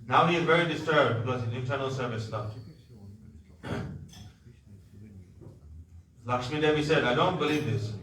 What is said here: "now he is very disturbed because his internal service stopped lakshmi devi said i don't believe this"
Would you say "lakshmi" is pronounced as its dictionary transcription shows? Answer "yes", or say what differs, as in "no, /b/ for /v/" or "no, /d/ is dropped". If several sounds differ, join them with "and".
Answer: no, /s/ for /ʃ/